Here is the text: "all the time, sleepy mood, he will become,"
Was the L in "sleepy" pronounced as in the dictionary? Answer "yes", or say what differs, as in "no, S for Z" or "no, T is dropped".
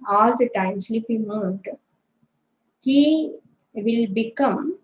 no, L is dropped